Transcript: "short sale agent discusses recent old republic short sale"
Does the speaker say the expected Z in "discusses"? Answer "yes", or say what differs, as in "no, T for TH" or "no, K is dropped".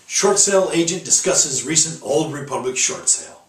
yes